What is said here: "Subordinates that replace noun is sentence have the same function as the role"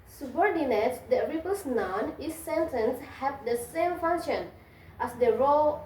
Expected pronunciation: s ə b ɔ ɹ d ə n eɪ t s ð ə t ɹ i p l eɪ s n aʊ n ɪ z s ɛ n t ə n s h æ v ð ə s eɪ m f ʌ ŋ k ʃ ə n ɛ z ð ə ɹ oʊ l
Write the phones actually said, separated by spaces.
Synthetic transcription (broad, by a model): s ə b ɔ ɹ d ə n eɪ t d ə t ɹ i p eɪ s n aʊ n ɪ s ɛ n t ə n s h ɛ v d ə s eɪ m f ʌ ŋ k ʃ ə n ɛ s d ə ɹ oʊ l